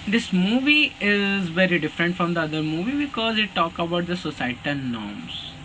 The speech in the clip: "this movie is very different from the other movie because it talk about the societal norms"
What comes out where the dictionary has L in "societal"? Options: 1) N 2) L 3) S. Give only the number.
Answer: 1